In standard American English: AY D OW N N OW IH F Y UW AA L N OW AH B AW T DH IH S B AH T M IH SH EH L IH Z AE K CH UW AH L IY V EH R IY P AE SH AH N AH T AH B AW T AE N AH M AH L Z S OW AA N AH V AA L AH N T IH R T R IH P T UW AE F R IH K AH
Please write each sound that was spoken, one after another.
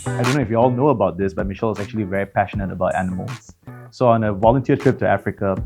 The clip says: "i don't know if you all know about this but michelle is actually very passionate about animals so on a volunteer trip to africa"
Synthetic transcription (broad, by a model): AY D OW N N OW IH F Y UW AA L N OW AH B AW T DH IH S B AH T M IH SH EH L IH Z AE K CH UW AH L IY V EH R IY P AE SH AH N AH T AH B AW T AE N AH M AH L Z S OW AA N AH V AA L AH N T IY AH T R IH P T UW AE F R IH K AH